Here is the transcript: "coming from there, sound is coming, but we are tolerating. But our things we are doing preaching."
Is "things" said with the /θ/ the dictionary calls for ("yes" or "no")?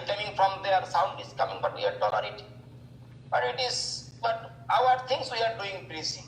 no